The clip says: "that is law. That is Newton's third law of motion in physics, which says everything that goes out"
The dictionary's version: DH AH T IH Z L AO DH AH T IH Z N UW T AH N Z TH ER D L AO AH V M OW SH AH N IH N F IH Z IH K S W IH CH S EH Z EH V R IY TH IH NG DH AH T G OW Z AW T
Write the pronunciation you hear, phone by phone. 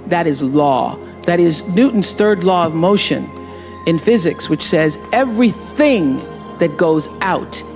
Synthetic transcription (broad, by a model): DH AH T IH Z L AO DH AH T IH Z N UW T N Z TH ER D L AO AH V M OW SH AH N IH N F IH Z IH K S W IH CH S EH Z EH V R IY TH IH NG DH AH T G OW Z AW T